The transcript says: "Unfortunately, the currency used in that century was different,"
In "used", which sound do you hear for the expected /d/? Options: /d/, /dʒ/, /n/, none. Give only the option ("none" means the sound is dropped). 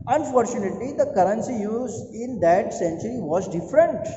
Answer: none